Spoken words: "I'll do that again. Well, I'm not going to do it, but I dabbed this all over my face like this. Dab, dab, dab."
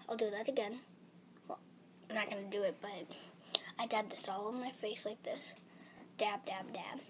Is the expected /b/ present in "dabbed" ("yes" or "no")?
no